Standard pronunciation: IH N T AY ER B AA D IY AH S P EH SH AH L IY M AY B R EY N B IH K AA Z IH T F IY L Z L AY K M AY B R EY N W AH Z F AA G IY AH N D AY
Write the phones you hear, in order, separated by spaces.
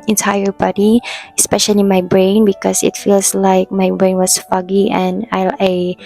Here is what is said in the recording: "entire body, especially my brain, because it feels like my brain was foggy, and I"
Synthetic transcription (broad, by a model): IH N T AY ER B AA D IY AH S P EH SH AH L IY M AY B R EY N B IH K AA S IH T F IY L S L AY K M AY B R EY N W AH S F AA G IY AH N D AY